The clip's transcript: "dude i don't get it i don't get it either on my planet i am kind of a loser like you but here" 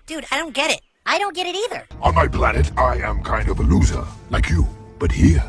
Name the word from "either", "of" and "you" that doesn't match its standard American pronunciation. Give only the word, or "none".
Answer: none